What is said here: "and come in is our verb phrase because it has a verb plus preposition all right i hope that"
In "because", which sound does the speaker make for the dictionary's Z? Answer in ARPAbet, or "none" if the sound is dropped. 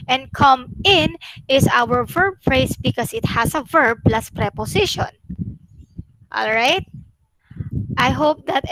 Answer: S